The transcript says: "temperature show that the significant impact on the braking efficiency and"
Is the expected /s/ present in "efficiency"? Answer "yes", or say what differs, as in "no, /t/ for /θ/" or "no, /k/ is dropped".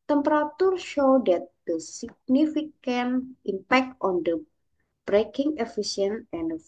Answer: no, /s/ is dropped